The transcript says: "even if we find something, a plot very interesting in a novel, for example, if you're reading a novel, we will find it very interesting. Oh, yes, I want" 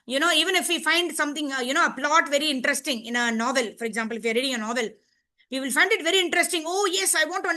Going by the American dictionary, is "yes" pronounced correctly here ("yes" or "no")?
yes